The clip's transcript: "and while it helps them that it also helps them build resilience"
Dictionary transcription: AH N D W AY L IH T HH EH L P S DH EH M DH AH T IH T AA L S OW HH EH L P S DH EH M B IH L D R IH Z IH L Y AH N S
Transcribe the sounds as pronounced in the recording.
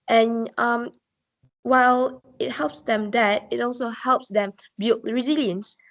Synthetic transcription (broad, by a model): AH N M W AY L IH T HH EH L P S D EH M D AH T IH T AA L S OW HH EH L P S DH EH M B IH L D R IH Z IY L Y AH N S